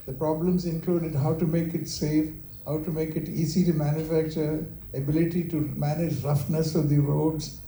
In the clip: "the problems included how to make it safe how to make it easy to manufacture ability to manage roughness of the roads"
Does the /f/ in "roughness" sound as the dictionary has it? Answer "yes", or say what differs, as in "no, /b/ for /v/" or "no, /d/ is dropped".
yes